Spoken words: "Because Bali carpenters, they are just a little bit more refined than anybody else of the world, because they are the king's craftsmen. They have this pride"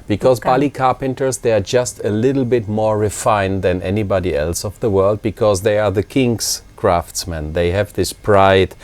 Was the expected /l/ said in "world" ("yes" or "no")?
yes